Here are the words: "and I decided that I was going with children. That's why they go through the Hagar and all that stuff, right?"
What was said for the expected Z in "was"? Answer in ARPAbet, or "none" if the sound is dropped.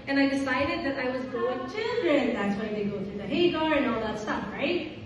Z